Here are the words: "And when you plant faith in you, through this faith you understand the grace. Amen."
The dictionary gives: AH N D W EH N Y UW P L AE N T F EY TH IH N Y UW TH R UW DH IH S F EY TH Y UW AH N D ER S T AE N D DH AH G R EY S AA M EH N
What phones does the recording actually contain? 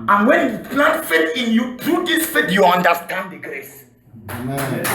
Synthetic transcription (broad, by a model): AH N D W EH N Y UW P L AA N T F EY T IH N Y UW T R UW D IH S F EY T Y UW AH N D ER S T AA N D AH G R EY S